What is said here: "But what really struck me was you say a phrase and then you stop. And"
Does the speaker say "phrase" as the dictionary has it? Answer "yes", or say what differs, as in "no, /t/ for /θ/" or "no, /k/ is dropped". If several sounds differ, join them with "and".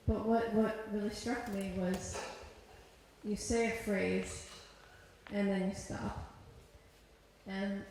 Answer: yes